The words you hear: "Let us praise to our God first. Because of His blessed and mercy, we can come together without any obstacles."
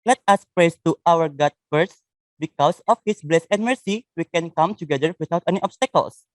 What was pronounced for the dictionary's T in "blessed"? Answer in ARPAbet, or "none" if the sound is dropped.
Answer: none